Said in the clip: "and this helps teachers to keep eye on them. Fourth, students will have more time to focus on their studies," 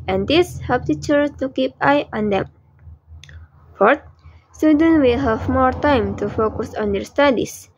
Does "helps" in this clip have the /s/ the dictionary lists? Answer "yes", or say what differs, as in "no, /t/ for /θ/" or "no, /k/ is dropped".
no, /s/ is dropped